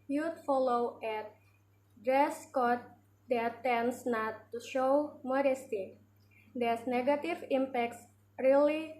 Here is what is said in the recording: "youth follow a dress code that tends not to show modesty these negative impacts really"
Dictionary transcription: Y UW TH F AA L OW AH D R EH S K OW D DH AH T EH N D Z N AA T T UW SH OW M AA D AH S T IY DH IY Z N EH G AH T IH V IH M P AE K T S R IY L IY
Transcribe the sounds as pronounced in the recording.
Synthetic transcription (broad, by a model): Y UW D F AA L OW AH D R EH S K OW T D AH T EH N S N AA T T UW SH OW M AA D AH S T IY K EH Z N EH G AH T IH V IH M P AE K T S R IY L IY